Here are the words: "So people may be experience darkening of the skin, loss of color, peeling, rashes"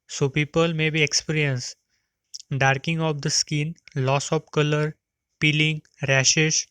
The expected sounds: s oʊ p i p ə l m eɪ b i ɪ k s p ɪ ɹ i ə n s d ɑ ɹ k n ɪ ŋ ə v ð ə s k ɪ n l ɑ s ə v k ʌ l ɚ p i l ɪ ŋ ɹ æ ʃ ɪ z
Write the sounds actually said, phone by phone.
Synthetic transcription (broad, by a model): s oʊ p i p ə l m eɪ b i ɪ k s p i ɹ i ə n s d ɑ ɹ k ɪ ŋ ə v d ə s k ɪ n l ɑ s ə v k ʌ l ɚ p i l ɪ ŋ ɹ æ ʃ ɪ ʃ